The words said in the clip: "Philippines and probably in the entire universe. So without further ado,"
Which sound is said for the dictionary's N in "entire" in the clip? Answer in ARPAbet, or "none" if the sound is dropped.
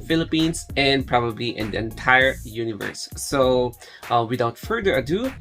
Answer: N